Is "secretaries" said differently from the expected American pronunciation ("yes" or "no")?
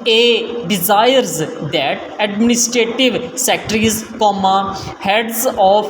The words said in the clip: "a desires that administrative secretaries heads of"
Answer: yes